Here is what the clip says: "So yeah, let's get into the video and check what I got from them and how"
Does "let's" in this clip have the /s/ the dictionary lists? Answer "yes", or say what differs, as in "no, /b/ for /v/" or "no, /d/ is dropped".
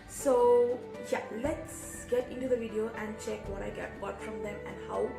yes